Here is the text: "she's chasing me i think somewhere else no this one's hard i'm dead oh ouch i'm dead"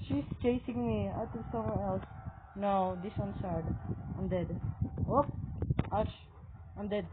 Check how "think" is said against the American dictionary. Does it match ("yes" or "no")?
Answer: no